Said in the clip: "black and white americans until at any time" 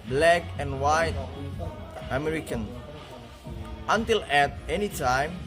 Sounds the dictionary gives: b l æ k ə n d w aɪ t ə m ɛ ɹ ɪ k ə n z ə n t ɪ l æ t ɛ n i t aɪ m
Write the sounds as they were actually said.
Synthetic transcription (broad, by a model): b l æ k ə n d w aɪ t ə m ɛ ɹ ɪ k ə n ə n t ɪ l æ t ɛ n i t aɪ m